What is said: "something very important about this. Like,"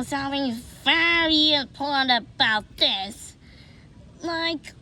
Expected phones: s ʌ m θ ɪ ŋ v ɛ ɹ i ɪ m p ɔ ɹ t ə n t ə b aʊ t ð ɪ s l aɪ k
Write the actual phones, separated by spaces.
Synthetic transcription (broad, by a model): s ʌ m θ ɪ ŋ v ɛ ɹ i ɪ p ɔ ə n ə b aʊ t ð ɪ s l aɪ k